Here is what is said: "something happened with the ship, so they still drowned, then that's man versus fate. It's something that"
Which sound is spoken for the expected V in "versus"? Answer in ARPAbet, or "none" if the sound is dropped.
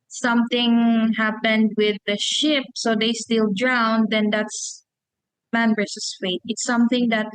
B